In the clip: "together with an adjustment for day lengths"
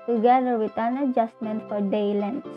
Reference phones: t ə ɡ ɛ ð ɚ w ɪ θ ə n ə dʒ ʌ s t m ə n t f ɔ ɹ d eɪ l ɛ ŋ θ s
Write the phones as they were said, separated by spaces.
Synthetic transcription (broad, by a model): t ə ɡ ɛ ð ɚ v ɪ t ə n ə dʒ ʌ s t m ə n t f ɔ ɹ d eɪ l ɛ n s